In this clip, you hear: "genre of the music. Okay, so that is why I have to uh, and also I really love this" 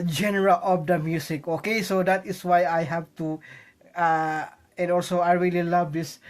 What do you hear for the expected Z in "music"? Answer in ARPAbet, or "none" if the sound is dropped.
S